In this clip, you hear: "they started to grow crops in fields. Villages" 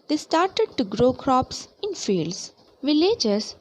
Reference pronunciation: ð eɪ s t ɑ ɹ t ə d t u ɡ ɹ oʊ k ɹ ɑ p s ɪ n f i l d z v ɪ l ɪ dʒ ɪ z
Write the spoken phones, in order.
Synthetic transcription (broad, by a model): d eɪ s t ɑ ɹ t ə d t u ɡ ɹ oʊ k ɹ ɑ p s ɪ n f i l d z v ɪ l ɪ dʒ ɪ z